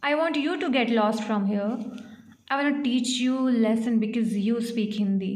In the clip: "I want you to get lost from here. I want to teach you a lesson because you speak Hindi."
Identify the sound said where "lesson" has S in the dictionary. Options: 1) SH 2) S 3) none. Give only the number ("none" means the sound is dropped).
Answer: 2